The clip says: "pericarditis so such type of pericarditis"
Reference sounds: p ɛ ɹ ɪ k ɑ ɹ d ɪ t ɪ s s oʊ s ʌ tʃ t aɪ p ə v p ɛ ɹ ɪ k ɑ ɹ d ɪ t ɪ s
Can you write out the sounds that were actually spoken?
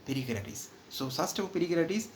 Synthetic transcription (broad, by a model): p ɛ ɹ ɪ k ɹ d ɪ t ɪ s s oʊ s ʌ s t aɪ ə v p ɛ ɹ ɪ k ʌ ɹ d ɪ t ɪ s